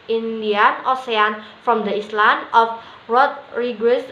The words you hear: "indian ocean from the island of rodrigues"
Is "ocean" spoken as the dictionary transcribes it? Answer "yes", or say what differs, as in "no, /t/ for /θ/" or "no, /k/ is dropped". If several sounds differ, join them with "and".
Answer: no, /s/ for /ʃ/